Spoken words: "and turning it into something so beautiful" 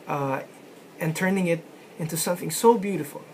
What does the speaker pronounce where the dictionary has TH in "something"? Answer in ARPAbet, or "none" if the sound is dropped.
TH